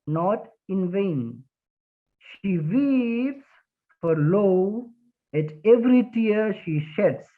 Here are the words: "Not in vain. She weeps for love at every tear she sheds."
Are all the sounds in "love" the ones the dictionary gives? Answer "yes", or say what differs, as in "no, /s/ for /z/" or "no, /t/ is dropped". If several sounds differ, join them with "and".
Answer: no, /v/ is dropped